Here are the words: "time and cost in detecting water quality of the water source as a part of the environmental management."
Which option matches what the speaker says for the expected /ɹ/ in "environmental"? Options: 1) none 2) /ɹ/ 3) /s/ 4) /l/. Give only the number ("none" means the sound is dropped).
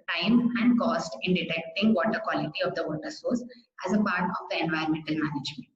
1